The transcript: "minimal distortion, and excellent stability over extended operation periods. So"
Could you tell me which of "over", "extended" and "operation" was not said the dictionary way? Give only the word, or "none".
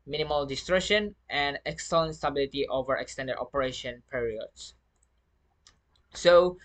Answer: none